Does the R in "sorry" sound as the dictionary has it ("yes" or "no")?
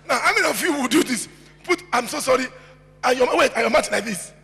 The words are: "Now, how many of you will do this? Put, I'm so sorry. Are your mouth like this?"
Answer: yes